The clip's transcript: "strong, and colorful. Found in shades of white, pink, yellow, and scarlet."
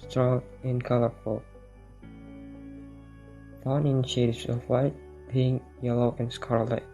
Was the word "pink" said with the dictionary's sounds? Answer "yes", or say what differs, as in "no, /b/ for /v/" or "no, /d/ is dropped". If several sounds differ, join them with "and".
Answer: no, /b/ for /p/